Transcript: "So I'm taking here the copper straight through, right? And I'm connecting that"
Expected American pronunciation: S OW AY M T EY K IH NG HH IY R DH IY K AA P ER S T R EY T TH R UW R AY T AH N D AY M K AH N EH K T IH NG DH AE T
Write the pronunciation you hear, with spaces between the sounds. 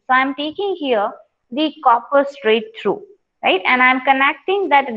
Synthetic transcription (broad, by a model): S OW AY M T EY K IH NG HH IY R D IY K AA P ER S T R EY T T R UW R AY T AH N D AY M K AH N EH K T IH NG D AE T